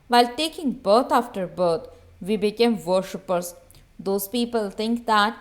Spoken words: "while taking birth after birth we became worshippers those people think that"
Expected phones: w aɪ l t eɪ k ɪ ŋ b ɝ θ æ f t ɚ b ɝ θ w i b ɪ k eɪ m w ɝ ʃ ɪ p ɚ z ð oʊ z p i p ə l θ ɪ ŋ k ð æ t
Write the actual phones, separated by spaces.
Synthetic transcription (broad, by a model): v aɪ l t eɪ k ɪ ŋ b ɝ t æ f t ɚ b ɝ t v i b ɪ k eɪ m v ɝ ʃ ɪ p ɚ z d oʊ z p i p ə l t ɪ ŋ k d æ t